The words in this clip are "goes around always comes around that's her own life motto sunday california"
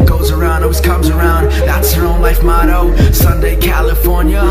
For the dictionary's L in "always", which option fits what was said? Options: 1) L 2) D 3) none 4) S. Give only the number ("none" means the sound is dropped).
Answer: 3